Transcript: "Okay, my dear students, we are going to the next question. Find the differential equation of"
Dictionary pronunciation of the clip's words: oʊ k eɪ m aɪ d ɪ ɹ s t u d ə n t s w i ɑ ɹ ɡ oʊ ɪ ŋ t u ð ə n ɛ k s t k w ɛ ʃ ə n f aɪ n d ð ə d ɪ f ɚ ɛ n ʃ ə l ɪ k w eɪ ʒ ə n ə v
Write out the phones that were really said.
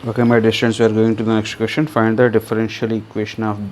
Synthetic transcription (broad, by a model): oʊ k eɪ m aɪ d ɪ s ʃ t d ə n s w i ɑ ɹ ɡ oʊ ɪ ŋ t u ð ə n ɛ k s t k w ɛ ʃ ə n f aɪ n d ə d ɪ f ɚ ɛ n ʃ ə l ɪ k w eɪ ʃ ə n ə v